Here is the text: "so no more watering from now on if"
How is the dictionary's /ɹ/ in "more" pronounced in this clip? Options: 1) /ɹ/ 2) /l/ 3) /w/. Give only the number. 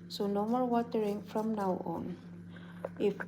2